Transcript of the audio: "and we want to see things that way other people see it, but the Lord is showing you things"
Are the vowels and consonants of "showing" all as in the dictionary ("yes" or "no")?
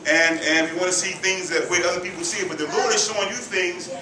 no